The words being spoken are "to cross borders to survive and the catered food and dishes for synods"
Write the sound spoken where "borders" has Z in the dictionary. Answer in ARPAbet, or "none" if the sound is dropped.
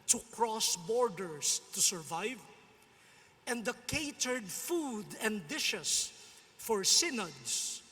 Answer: S